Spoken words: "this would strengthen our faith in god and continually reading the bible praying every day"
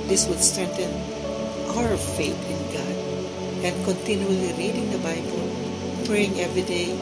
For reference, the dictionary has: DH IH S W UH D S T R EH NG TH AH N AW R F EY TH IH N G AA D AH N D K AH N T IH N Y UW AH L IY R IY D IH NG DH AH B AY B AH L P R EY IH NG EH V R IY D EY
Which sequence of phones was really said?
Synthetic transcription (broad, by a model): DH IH S W UH D S T R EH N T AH N AW R F EY T IH N G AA D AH N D K AH N T IH N Y UW AH L IY R IY D IH NG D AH B AY B AH L P R EY IH NG EH V R IY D EY